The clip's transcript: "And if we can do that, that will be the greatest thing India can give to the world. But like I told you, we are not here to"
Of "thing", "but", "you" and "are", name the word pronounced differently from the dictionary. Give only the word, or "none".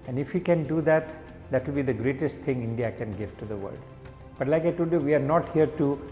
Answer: thing